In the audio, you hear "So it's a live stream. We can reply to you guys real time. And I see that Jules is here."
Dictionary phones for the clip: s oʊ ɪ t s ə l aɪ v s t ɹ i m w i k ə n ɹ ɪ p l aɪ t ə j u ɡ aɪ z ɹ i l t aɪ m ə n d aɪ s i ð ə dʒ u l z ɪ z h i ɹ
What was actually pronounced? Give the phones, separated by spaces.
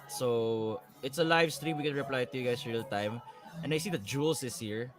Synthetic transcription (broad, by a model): s oʊ ɪ t s ə l aɪ v s t ɹ i m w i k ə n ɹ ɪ p l aɪ t ə j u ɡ aɪ s ɹ i l t aɪ m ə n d aɪ s i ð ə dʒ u l s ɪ s h i ɹ